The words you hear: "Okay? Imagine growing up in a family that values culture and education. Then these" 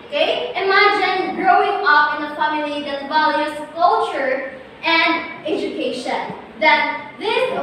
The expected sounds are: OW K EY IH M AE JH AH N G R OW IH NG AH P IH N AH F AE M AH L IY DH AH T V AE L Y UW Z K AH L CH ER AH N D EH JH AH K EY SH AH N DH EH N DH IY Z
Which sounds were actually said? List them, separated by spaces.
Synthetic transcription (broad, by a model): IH IH M AE JH AH N G R OW IH NG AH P IH N AH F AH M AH N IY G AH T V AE L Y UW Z K AH L CH ER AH N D EH JH AH K EY SH AH N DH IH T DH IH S